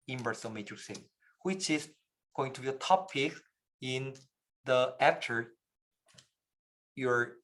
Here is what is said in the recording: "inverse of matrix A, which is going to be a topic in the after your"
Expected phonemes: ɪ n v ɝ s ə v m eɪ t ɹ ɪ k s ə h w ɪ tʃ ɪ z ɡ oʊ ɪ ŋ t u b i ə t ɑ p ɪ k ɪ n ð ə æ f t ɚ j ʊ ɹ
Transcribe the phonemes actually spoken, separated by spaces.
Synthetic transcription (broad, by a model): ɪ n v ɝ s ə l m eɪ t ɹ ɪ s ə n w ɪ tʃ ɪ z ɡ oʊ ɪ ŋ t u b i ə t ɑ p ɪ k ɪ n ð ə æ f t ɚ j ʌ ɹ